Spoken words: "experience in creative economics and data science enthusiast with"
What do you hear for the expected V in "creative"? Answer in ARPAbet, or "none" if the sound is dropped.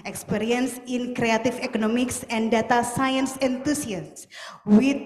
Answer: F